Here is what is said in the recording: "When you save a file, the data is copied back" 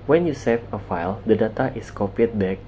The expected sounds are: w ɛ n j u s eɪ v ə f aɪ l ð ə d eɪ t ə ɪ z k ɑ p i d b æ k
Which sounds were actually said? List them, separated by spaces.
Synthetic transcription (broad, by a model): w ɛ n j u s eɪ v ə f aɪ l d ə d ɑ t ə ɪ s k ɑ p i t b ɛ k